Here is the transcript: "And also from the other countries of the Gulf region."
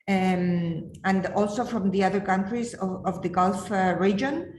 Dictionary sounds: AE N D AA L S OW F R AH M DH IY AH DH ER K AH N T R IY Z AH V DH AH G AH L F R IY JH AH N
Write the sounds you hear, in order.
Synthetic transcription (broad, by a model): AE N D AA L S OW F R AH M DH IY AH DH ER K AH N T R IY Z AH V DH AH G AH L F R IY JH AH N